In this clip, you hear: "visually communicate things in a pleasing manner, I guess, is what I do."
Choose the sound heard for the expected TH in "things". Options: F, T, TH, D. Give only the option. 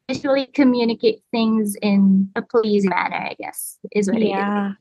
TH